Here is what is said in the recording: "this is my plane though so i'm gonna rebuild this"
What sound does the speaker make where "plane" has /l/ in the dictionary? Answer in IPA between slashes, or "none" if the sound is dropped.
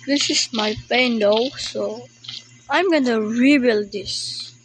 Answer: none